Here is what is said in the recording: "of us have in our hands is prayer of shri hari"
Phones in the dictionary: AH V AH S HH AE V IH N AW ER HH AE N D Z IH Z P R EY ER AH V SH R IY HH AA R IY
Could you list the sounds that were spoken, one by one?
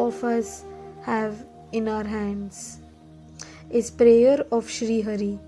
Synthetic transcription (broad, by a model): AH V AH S HH AE V IH N AW ER HH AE N D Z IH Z P R EY ER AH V SH R IY HH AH R IY